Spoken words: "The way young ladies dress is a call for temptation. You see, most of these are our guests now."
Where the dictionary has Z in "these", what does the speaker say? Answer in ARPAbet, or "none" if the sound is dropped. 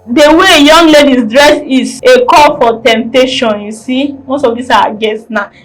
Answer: S